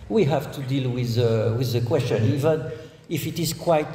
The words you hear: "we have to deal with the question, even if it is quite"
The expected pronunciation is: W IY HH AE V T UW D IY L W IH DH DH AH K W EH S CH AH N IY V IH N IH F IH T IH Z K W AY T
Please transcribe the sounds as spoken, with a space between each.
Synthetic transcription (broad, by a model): W IY HH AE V T UW D IY L W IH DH DH AH K W EH S CH AH N IY V IH N IH F IH T IH Z K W AY T